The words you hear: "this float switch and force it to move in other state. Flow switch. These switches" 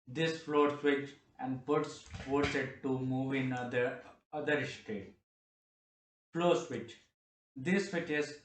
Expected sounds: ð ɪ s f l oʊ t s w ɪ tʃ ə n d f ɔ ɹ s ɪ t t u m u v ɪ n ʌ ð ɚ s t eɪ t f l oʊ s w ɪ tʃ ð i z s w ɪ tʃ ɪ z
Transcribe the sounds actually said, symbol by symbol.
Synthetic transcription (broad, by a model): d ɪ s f l oʊ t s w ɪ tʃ ə n d p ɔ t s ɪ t t u m u v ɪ n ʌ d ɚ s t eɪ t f l oʊ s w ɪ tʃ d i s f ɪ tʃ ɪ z